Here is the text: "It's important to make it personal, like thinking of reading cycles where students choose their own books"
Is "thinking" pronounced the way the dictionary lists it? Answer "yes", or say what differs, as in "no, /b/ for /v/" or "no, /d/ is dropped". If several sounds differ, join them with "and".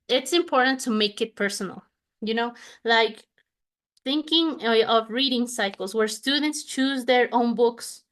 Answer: yes